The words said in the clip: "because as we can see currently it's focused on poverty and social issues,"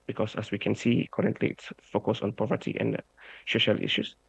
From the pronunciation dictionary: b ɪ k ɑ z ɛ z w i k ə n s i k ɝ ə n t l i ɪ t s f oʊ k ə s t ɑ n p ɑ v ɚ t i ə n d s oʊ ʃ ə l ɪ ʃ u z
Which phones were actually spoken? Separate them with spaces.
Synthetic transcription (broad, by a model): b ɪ k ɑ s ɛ s w i k ə n s i k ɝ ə n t l i ɪ t s f oʊ k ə s ɑ n p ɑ v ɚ t i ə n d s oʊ ʃ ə l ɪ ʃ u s